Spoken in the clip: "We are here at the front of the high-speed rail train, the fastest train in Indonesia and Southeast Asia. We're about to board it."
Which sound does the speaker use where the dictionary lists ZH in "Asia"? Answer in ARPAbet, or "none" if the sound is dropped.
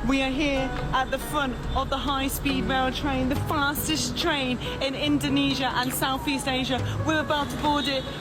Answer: ZH